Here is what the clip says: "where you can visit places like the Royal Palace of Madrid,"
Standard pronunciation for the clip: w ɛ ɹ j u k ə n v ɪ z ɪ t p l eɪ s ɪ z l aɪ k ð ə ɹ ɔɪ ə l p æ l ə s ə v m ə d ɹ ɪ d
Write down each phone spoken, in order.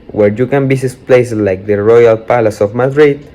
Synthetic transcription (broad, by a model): w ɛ ɹ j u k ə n b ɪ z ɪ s p l eɪ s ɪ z l aɪ k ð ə ɹ ɔɪ ə l p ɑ l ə s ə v m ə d ɹ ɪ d